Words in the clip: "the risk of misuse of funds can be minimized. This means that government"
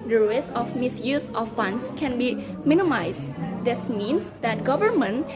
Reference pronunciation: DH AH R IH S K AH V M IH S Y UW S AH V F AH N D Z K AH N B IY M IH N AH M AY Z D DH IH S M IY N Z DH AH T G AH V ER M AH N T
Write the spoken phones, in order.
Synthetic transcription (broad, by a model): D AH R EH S AH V M IH S Y UW S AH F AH N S K AH N B IY M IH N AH M AY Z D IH S M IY N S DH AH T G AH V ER M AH N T